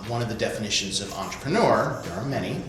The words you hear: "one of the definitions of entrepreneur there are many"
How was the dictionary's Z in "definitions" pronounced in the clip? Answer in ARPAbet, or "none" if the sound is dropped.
Z